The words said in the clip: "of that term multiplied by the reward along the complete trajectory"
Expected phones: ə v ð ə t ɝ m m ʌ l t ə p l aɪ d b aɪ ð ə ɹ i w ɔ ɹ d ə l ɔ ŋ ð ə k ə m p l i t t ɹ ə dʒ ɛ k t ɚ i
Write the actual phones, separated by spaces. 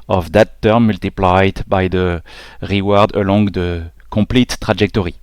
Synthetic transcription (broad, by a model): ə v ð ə t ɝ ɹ m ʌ l t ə p l aɪ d b aɪ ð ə ɹ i w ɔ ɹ d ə l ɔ ŋ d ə k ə p l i t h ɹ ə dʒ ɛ k t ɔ i